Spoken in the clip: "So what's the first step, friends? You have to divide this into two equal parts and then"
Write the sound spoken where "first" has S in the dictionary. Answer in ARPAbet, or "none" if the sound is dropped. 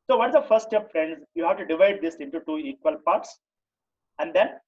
none